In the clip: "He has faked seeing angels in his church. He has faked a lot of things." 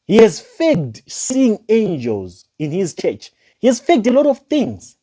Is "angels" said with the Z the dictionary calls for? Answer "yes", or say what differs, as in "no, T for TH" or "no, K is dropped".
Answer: yes